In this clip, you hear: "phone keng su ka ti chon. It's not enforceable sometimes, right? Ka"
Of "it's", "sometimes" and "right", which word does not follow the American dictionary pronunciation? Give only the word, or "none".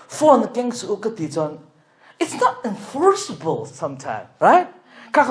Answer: sometimes